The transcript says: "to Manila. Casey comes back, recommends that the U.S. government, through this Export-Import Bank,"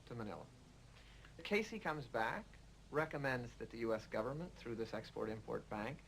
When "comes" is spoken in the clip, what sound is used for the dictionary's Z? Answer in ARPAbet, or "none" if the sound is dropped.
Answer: Z